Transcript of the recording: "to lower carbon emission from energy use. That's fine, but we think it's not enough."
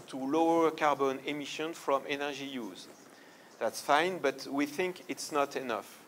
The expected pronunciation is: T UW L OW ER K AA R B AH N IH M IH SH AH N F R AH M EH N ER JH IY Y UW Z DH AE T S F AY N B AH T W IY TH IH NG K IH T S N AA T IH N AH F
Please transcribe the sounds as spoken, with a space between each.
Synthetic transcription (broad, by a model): T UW L OW ER K AA R B AH N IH M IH SH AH N F R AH M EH N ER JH IY Y UW Z DH AE T S F AY N B AH T W IY TH IH NG K IH T S N AA T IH N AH F